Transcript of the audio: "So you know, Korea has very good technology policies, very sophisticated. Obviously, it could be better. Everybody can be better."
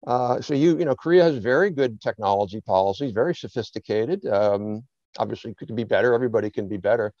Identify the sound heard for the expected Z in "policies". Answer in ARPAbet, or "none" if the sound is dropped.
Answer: Z